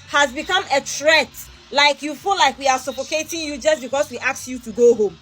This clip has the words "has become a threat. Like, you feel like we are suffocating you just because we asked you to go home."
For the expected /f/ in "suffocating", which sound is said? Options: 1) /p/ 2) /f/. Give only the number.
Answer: 1